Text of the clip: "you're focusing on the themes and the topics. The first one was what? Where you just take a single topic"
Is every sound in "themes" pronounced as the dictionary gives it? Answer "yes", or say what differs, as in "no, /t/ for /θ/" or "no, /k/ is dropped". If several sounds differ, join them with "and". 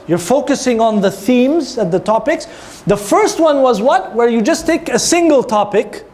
yes